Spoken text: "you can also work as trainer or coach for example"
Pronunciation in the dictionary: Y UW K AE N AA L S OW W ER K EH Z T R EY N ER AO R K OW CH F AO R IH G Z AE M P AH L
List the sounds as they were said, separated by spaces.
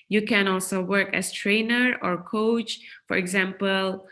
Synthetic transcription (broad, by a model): Y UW K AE N AA L S OW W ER K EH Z T R EY N ER AO R K OW CH F AO R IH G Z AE M P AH L